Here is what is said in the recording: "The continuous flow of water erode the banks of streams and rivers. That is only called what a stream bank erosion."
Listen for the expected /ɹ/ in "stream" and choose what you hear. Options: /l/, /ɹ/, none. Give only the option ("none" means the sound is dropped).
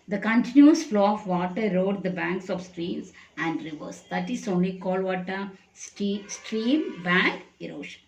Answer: /ɹ/